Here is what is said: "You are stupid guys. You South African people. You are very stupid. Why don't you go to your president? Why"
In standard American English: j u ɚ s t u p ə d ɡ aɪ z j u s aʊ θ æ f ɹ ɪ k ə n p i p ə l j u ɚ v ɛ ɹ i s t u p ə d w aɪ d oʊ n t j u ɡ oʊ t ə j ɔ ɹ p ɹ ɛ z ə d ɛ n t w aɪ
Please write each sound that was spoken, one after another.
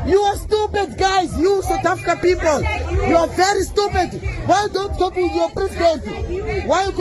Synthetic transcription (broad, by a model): j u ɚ s t u p ə d ɡ aɪ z j u s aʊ t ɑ f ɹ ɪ k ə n p i p ə l j u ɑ v ɛ ɹ i s t u p ə d w aɪ d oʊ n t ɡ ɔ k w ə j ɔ p ɹ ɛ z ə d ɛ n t w aɪ